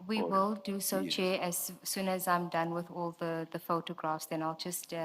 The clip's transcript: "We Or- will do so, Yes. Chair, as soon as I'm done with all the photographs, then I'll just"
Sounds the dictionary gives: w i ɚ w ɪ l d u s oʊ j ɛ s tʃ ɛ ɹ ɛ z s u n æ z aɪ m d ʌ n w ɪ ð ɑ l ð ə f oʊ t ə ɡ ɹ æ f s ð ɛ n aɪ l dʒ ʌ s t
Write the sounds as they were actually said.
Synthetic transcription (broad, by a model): w i w ɪ l d u s oʊ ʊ tʃ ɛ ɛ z s u n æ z aɪ m d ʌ n w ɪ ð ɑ l ð ə f oʊ t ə ɡ ɹ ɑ f s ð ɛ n aɪ l dʒ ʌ s t